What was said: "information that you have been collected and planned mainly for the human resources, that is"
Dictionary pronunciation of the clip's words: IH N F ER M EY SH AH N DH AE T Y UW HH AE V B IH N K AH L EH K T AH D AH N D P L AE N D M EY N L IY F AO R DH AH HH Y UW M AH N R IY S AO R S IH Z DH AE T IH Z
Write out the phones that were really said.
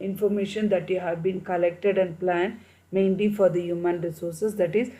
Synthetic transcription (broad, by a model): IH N F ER M EY SH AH N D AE T Y UW HH AE V B IH N K AH L EH K T AH D AH N D P L AE N D M EY N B IY F AO R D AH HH Y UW M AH N R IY S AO R S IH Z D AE T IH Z